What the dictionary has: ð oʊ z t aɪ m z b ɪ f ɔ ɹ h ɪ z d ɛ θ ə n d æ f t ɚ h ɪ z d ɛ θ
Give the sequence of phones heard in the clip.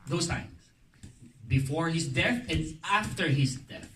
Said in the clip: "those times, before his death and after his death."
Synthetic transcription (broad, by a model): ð oʊ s t aɪ m s b ɪ f ɔ ɹ h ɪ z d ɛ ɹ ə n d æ f t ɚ h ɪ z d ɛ